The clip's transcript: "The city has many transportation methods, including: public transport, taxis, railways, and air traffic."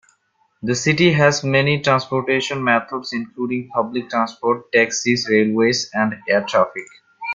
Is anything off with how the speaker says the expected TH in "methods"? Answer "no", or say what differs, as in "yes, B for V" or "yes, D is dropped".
yes, T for TH